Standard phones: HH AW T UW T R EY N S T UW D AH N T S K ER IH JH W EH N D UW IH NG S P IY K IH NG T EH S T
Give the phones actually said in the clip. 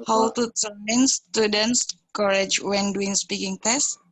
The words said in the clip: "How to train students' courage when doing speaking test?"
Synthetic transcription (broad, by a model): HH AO T UW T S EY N S T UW D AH N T S K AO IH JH W EH N D UW IH NG S P IY K IH NG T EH S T